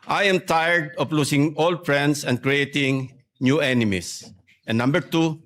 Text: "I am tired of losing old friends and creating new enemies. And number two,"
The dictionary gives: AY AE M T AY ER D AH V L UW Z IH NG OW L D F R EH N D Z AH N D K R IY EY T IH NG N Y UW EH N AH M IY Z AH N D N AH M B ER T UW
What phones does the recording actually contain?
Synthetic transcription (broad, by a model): AY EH M T AY ER D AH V L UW S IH NG OW L D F R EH N D S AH N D K R IY EY T IH NG N Y UW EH N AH M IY S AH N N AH M B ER T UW